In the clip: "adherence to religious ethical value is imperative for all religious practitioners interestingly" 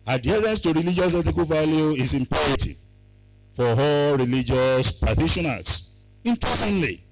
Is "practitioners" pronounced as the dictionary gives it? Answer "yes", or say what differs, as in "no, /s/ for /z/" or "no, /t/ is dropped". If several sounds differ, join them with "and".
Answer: no, /ɹ/ is dropped and /k/ is dropped and /s/ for /z/